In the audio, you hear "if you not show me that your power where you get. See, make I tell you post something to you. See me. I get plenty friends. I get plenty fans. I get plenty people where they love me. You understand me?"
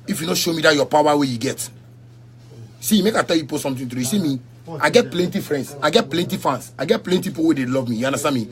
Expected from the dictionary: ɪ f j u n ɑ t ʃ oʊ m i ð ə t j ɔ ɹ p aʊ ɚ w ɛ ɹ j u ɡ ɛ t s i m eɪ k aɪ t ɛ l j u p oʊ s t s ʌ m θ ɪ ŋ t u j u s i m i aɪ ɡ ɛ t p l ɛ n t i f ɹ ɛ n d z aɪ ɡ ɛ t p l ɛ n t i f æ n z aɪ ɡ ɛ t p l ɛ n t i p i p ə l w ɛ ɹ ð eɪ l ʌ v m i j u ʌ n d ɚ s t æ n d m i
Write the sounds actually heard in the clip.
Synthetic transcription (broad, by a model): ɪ f j u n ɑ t ʃ oʊ m i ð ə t j ɔ p aʊ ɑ w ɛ j u ɡ ɛ t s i m eɪ k aɪ t ɛ l j u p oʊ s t s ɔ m t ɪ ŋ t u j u s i m i aɪ ɡ ɛ t p l ɛ n t i f ɹ ɛ n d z aɪ ɡ ɛ t p l ɛ n t i f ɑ n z aɪ ɡ ɛ t p l ɛ n t i i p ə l w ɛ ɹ eɪ l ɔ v m i j u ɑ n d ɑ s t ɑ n m i